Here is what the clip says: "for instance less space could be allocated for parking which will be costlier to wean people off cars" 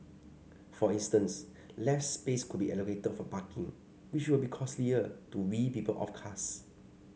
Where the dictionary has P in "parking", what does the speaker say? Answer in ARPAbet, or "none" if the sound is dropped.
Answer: B